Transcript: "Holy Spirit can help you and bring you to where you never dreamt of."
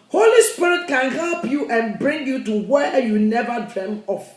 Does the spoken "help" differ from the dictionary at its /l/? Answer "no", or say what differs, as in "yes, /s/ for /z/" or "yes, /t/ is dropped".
no